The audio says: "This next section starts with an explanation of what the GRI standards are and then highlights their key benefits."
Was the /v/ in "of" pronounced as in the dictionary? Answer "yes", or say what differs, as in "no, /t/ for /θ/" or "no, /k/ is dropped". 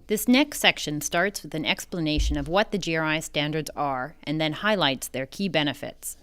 yes